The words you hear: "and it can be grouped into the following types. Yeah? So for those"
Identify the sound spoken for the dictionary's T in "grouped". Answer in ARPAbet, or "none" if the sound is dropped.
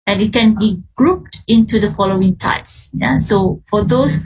T